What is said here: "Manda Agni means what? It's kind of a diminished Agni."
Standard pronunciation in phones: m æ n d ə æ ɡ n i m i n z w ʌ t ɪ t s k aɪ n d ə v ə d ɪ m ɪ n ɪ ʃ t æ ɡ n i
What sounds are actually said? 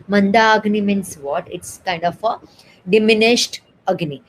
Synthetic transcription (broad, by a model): m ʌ n d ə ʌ ɡ n i m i n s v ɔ t ɪ t s k aɪ n d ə f ə d ɪ m ɪ n ɪ ʃ t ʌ ɡ n i